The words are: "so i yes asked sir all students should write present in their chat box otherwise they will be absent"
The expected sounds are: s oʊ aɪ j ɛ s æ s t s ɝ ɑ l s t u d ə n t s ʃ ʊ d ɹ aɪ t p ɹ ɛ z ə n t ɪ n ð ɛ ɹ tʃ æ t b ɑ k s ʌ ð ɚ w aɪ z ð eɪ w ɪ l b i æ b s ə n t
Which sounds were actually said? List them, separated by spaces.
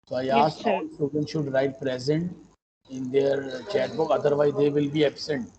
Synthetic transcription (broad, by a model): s oʊ aɪ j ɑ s s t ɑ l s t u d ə n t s ʃ ʊ d ɹ aɪ t p ɹ ɛ z ə n t ɪ n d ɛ ɹ tʃ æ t b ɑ k ʌ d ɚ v aɪ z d eɪ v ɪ l b i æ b s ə n t